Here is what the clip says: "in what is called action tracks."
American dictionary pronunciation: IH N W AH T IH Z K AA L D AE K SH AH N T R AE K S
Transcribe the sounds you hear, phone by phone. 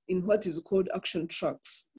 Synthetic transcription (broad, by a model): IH N W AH T IH Z K AA L D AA K SH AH N T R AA K S